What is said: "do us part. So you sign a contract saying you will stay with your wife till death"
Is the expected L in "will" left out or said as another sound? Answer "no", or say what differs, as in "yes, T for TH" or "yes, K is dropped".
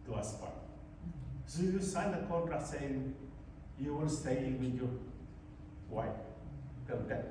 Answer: yes, N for L